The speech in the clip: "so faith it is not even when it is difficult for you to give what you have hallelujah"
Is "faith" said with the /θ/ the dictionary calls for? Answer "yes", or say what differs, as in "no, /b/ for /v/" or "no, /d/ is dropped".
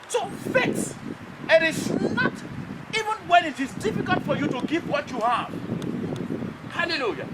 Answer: no, /s/ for /θ/